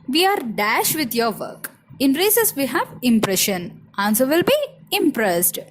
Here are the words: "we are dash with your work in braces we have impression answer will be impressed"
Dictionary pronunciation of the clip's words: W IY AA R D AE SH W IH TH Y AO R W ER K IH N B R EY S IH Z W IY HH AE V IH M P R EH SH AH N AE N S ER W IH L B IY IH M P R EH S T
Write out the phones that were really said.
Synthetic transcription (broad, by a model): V IY AA R D AE SH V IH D Y AO R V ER K IH N R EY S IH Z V IY HH AE V IH M P R EH SH AH N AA N S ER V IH L B IY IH M P R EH S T